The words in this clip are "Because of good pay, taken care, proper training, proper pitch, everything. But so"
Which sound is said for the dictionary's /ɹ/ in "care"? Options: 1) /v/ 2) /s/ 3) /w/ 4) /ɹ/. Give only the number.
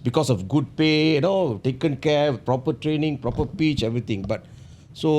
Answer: 3